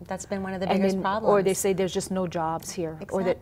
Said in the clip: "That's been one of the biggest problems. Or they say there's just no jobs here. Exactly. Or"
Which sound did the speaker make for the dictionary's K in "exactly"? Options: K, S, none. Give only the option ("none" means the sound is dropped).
none